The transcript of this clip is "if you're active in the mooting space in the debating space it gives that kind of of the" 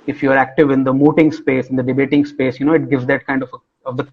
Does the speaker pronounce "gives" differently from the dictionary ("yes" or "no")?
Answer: no